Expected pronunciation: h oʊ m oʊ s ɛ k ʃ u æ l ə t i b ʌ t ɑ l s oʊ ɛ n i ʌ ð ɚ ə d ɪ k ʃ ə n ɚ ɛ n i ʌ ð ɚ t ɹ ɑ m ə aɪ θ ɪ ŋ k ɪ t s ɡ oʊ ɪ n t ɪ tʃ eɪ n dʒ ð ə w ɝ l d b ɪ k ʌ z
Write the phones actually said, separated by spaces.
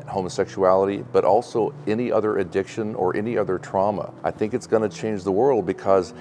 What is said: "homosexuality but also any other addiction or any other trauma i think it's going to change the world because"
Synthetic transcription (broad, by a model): h oʊ m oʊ s ɛ k ʃ u æ l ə t i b ʌ t ɑ l s oʊ ɛ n i ʌ ð ɚ ə d ɪ k ʃ ə n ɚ ɛ n i ʌ ð ɚ t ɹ ɑ m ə aɪ θ ɪ ŋ k ɪ t s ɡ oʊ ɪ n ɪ tʃ eɪ n dʒ ð ə w ɝ l d b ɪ k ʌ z